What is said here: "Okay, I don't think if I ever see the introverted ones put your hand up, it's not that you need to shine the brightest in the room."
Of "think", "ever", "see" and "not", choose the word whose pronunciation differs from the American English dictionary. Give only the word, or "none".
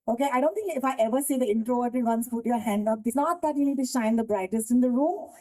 think